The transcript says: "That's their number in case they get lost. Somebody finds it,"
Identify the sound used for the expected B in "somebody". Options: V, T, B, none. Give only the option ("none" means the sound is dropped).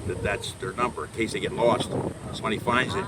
none